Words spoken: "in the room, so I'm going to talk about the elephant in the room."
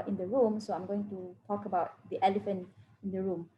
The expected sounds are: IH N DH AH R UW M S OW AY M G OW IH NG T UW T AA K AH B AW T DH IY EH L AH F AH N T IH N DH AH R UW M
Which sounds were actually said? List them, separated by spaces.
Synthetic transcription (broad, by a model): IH N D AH R UW M S OW AY M G OW IH NG T UW T AA K AH B AW T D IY EH L AH F AH N T IH N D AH R UW M